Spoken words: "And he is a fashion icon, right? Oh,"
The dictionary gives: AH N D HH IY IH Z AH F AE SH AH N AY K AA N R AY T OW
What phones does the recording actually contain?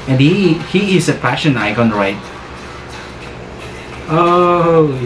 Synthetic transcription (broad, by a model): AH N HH HH IY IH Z AH P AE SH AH N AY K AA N R AY T OW